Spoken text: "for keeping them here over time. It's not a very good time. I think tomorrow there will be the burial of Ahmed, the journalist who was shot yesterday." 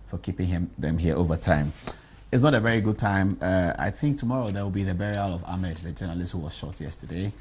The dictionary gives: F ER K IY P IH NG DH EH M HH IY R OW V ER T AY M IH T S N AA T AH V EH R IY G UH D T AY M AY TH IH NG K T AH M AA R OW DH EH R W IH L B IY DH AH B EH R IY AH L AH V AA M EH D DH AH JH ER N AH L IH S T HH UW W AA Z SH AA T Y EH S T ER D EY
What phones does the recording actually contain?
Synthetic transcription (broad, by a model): F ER K IY P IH NG DH EH M HH IY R OW V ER T AY M IH T S N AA T AH V EH R IY G UH D T AY M AY TH IH NG K T AH M AA R OW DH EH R W IH L B IY DH AH B EH R IY AH L AH V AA M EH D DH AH JH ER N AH L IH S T HH UW W AA Z SH AA T Y EH S T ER D EY